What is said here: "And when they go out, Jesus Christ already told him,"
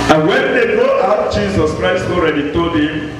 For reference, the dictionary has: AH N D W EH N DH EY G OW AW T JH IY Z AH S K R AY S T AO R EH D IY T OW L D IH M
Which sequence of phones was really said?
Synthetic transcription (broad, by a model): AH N W EH N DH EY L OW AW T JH IY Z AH S K R AY S T AO R EH D IY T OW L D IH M